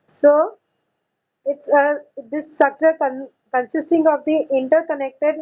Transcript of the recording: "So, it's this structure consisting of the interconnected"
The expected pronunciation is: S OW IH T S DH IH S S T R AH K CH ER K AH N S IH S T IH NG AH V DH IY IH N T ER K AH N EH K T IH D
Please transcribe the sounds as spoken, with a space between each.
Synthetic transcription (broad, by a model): S OW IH T S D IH S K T AH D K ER K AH N S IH S T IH NG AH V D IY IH N T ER K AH N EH K T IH D